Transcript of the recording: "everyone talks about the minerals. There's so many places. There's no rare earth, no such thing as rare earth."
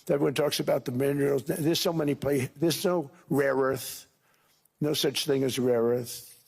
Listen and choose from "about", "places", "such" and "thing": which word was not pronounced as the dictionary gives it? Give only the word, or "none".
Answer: places